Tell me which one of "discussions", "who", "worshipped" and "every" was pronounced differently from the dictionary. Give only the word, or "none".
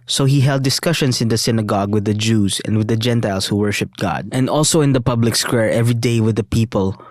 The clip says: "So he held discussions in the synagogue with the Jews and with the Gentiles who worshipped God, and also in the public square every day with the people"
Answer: discussions